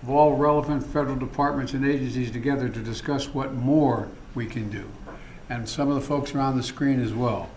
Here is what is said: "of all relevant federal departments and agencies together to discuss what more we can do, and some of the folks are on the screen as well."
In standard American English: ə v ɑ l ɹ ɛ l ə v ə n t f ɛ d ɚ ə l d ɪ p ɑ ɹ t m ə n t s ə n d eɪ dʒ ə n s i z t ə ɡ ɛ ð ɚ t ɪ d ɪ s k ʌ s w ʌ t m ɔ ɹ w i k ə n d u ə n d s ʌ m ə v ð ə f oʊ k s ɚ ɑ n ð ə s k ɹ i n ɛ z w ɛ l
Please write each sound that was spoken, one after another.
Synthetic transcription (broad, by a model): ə v ɑ l ɹ ɛ l ə v ə n t f ɛ d ɚ l d ɪ p ɑ ɹ t m ə n t s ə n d eɪ dʒ ə n s i z t ə ɡ ɛ ð ɚ t ɪ d ɪ s k ʌ s w ʌ t m ɔ ɹ w i k ə n d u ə n s ʌ m ə v ð ə f oʊ k s ɚ ɑ n ð ə s k ɹ i n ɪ z w ɛ l